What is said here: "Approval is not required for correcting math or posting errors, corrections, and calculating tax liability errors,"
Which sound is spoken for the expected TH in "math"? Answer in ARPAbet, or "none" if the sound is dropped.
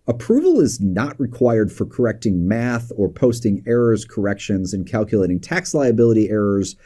TH